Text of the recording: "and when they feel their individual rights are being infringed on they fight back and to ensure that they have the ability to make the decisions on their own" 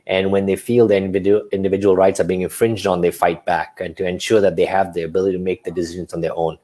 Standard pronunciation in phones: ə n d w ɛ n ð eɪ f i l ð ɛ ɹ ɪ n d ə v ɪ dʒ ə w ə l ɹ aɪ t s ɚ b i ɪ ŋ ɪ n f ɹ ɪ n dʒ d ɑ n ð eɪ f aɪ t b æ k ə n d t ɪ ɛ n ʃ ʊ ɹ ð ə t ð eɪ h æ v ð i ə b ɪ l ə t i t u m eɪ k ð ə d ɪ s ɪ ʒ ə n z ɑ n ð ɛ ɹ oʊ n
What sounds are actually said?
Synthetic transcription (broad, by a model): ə n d w ɛ n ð eɪ f i l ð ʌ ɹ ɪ n d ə v ɪ dʒ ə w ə l ɹ aɪ t s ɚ b i ɪ ŋ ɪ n f ɹ ɪ n dʒ d n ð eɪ f aɪ t b æ k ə n t ɪ ɛ n ʃ ʊ ɹ ð ə t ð eɪ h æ v ð i ə b ɪ l ə t i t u m eɪ k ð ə d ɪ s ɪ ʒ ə n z n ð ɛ ɹ oʊ n